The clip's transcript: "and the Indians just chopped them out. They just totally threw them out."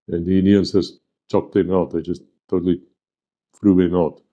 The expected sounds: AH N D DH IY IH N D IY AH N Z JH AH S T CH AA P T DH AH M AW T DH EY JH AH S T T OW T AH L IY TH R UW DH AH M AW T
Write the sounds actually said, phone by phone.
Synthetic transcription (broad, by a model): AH N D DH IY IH N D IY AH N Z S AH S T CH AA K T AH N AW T DH EY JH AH S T T OW T AH L IY F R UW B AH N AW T